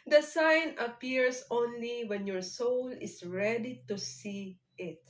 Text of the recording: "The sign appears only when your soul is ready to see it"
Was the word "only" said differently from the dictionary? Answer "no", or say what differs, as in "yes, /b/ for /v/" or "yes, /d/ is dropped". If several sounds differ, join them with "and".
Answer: no